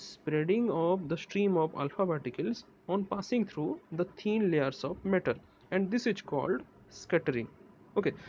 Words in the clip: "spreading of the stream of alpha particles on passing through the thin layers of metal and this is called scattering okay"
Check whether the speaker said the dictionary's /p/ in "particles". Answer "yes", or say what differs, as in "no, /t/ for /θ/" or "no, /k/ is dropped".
no, /b/ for /p/